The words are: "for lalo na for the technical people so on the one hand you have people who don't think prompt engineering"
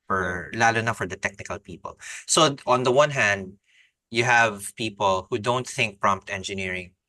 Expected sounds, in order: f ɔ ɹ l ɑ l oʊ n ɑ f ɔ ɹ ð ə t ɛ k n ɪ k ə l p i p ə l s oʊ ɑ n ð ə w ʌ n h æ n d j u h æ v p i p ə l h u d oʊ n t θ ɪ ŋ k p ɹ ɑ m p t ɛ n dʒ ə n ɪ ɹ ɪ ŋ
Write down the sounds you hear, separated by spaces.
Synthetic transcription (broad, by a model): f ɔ ɹ l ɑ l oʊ n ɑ f ɔ ɹ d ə t ɛ k n ɪ k ə l p i p ə l s oʊ ɑ n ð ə w ʌ n h æ n d j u h æ v p i p ə l h u d oʊ n t θ ɪ ŋ k p ɹ ɑ m p t ɛ n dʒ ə n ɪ ɹ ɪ ŋ